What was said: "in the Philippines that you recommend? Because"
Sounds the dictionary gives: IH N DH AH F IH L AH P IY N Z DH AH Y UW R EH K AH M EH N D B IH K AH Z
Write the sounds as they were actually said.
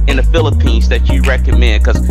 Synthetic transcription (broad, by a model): IH N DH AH F IH L AH P IY N Z DH AH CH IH R EH K AH M EH N D K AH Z